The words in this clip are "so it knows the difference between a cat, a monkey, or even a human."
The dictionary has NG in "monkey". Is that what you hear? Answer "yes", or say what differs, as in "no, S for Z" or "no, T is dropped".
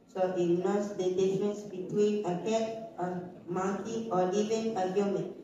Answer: no, NG is dropped